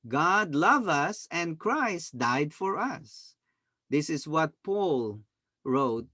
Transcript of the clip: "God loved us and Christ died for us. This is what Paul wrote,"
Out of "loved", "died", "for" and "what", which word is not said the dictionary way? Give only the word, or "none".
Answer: loved